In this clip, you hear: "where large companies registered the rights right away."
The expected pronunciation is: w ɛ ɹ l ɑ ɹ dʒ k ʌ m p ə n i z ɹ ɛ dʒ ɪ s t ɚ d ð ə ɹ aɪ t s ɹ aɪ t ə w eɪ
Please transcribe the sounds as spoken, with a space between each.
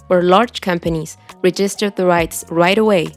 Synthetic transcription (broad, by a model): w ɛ ɹ l ɑ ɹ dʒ k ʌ m p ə n i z ɹ ɛ dʒ ɪ s t ɚ d ð ə ɹ aɪ t s ɹ aɪ t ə w eɪ